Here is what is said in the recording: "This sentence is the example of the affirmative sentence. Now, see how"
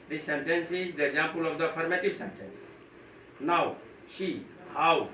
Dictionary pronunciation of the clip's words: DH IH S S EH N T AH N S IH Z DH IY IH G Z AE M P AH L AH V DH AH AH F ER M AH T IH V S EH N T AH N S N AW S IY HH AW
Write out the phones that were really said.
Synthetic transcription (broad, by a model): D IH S S EH N T AH N S IH Z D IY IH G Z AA M P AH L AH V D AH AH P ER M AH T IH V S EH N T AH N S N AW SH IY HH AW